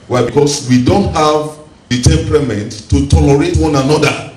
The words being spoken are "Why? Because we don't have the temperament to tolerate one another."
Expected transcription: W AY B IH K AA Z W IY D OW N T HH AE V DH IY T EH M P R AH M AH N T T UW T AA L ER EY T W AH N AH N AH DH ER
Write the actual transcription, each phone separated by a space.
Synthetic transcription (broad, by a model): W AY B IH K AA S W IY D OW N T HH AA V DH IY T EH M P R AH M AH N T T UW T AA L ER EY T W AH N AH N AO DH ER